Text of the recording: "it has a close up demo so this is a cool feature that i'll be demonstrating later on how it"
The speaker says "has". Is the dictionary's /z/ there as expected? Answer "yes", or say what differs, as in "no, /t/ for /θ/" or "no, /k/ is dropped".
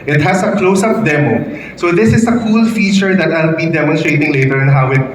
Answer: no, /s/ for /z/